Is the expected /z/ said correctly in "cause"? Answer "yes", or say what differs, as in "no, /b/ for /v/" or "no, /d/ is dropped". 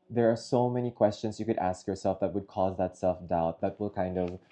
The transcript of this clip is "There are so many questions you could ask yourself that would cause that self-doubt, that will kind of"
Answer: yes